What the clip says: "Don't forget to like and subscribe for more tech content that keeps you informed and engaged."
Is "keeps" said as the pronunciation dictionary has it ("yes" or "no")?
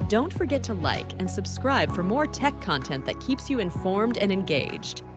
yes